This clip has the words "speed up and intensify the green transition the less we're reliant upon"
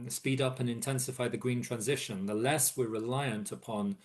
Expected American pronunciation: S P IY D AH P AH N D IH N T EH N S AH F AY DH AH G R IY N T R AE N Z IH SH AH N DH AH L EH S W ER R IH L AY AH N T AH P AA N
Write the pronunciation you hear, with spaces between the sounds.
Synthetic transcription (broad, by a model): S P IY D AH P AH N IH N T EH N S AH F AY DH AH G R IY N T R AE N Z IH SH AH N DH AH L EH S W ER R IH L AY AH N T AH P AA N